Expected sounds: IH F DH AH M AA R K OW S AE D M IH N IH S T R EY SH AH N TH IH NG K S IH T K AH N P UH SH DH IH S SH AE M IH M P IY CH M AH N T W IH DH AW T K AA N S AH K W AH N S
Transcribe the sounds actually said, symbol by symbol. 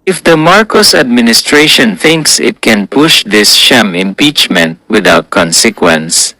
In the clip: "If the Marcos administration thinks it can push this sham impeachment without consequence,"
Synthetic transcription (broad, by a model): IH F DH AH M AA R K OW S AE D M IH N IH S T R EY SH AH N TH IH NG K S IH T K AH N P UH SH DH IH S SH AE M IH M P IY CH M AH N T W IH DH AW T K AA N S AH K W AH N S